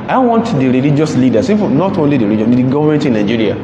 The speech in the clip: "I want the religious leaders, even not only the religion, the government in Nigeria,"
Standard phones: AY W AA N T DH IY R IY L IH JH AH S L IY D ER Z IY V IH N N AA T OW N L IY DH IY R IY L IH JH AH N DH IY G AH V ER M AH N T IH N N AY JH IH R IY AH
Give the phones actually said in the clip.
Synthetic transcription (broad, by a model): AY W AA N T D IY R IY L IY JH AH S L IY D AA S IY F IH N N AA T OW N L IY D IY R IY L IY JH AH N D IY G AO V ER M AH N T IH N N AY JH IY R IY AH